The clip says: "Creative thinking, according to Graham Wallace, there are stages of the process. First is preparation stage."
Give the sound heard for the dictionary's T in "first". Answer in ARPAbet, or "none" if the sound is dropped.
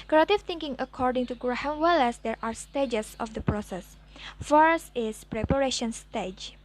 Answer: T